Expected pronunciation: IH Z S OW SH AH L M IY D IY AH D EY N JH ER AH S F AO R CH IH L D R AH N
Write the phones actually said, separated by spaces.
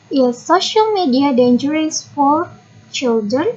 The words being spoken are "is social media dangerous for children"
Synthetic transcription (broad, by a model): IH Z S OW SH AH L M IY D IY AH D EY N JH ER AH S F AO R CH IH L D R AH N